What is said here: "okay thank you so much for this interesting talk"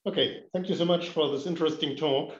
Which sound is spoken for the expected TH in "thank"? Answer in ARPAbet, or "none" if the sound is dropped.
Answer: TH